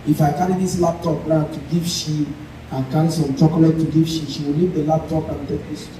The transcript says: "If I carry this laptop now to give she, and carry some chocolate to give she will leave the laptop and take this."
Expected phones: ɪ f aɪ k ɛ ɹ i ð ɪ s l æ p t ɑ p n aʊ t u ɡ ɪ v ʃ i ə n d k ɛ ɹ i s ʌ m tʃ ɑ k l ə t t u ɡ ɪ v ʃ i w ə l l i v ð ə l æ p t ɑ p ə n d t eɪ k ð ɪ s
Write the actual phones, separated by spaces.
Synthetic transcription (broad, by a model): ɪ f aɪ k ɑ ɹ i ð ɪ s l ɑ p t ɑ p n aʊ t u ɡ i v ʃ i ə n k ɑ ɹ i s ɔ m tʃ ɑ k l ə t t u ɡ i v ʃ i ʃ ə w l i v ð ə l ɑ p t ɑ p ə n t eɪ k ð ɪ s